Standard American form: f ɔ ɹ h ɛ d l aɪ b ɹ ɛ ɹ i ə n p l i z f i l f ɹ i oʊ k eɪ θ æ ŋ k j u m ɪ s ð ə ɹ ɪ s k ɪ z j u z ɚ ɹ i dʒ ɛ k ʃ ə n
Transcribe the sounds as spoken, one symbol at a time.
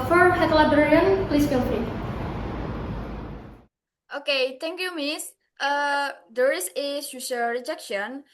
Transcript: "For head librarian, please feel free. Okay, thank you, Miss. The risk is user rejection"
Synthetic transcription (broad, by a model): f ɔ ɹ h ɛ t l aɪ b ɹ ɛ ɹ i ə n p l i s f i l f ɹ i oʊ k eɪ t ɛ ŋ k j u m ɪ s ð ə ɹ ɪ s ɪ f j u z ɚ ɹ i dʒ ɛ k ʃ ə n